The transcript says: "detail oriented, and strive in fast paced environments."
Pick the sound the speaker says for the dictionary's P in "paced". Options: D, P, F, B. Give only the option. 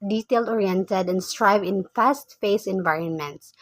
F